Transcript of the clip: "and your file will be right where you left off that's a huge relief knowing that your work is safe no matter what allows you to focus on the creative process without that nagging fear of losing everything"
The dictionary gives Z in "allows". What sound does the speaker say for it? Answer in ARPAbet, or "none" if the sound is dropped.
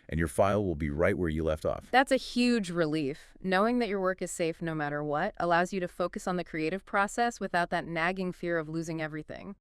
Z